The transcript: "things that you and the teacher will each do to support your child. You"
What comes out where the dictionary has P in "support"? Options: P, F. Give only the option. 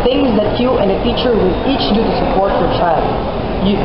P